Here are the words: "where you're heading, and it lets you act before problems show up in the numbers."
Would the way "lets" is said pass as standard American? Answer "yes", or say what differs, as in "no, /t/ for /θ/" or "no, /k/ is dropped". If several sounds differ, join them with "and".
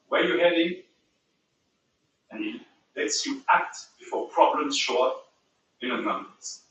yes